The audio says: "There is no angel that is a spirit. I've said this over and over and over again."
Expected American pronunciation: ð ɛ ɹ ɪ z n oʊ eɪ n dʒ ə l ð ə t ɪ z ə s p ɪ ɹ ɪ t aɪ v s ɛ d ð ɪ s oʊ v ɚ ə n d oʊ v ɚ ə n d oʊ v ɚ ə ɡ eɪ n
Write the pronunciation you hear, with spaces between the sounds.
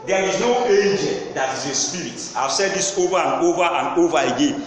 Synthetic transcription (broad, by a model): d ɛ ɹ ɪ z n oʊ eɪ dʒ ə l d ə t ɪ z ə s p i ɹ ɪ t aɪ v s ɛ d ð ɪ s oʊ v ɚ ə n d oʊ v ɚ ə n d oʊ v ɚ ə ɡ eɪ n